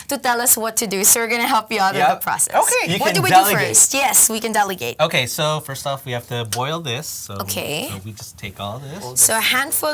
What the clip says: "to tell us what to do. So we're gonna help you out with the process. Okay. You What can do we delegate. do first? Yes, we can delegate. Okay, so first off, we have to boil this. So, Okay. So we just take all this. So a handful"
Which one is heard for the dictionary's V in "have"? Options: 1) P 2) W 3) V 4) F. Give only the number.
4